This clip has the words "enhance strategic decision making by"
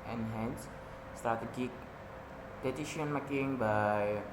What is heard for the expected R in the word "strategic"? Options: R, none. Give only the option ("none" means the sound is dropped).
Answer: none